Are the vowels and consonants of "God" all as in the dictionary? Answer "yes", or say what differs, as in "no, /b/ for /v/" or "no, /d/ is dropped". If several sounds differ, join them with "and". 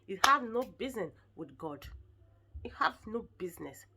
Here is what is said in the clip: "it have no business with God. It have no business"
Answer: yes